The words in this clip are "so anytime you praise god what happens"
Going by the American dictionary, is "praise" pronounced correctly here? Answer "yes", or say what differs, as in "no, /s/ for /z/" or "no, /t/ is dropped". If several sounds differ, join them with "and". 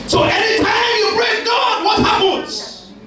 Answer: no, /b/ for /p/